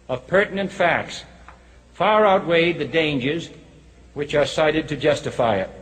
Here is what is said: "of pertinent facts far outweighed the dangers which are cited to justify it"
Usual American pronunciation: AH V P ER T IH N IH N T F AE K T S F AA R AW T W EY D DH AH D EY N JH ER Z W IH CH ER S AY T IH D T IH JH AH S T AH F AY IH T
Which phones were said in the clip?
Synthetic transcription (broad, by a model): AH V P ER T N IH N T F AE K T S F AA R AW T W EY D DH AH D EY N JH ER Z W IH CH ER S AY T IH D T IH JH AH S T AH F AY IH T